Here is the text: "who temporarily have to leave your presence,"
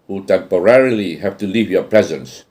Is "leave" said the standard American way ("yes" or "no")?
yes